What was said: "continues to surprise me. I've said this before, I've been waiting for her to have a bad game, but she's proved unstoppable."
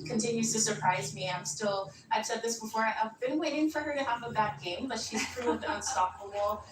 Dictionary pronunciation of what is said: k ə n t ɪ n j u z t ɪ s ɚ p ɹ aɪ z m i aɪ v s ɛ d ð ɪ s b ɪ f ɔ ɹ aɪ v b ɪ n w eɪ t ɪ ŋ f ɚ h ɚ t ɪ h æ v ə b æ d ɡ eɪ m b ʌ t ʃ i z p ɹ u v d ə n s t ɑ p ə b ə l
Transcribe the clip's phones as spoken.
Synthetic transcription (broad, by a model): k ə n t ɪ n j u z t ɪ s ɚ p ɹ aɪ z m i aɪ v s ɛ d ð ɪ s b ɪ f ɔ ɹ aɪ v b ɪ n w eɪ t ɪ ŋ f ɚ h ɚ t ɪ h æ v ə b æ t ɡ eɪ m b ʌ t ʃ i z p ɹ u v d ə n s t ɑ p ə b l